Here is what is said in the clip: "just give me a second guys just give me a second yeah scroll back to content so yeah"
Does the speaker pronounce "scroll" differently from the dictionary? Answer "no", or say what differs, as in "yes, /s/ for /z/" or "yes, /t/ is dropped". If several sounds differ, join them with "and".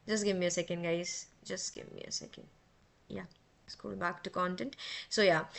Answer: yes, /ɹ/ is dropped